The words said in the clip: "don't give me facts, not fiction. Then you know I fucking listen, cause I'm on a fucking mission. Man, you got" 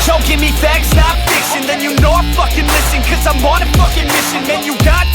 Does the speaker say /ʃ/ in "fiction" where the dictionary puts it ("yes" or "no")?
no